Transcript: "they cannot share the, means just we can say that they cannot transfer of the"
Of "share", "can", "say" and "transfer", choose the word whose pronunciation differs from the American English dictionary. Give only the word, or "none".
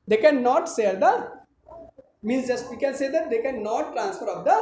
share